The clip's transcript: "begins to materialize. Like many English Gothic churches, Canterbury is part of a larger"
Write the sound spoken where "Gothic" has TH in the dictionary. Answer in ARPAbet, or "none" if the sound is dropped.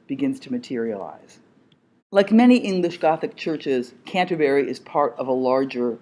TH